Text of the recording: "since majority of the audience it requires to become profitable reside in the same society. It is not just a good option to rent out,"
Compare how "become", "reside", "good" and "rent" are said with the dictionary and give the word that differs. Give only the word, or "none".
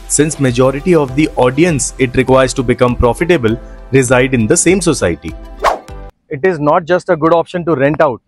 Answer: none